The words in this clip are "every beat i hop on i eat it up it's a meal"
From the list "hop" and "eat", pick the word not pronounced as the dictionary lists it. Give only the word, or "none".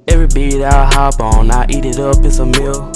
hop